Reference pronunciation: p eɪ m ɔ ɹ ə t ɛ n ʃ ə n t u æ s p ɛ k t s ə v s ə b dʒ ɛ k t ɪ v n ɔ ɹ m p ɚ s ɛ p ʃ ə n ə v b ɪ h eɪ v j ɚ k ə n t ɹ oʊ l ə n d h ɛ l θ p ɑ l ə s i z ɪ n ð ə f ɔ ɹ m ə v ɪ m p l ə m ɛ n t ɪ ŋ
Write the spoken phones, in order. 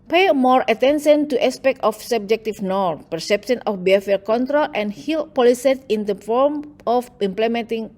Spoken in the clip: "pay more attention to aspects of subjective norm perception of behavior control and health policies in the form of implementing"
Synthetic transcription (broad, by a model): p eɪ m ɔ ɹ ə t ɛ n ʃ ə n t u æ s p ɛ k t ə f s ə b dʒ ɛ k t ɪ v n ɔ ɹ p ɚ s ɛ p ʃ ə n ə f b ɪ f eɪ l k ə n t ɹ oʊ l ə n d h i l p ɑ l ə s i s ɪ n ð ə f ɔ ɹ m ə f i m p l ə m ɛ n t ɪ ŋ